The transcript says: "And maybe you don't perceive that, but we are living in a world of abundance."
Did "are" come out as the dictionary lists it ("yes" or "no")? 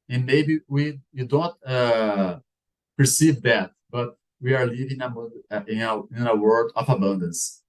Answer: yes